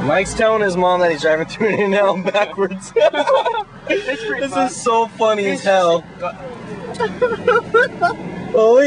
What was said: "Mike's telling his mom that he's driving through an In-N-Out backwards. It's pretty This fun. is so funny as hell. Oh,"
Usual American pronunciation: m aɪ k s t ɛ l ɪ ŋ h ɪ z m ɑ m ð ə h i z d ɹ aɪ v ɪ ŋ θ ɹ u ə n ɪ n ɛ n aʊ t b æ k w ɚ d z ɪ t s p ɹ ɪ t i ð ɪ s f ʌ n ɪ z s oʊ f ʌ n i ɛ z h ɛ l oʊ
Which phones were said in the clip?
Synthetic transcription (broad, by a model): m aɪ k s t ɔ ɪ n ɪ z m ɑ m ð ə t i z d ɹ aɪ v ɪ ŋ θ ɹ u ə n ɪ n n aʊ b æ k w ɚ d z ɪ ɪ ð ɪ s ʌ ɪ z s oʊ f ʌ n i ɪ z h ɛ l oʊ